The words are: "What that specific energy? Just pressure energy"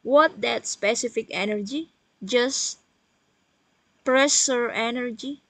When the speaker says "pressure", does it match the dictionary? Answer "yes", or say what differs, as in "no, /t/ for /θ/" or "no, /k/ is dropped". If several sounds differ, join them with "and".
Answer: no, /s/ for /ʃ/